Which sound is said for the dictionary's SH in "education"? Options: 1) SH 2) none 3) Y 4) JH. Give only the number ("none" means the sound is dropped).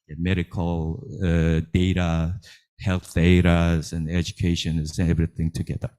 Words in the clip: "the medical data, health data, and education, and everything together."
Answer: 2